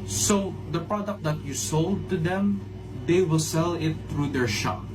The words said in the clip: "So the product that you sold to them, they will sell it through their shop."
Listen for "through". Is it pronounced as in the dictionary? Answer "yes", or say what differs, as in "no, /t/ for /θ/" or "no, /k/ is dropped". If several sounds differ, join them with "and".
no, /t/ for /θ/